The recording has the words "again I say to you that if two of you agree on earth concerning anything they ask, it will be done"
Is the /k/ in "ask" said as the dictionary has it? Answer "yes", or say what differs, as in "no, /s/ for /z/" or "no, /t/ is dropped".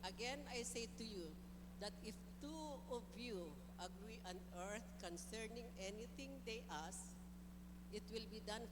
no, /k/ is dropped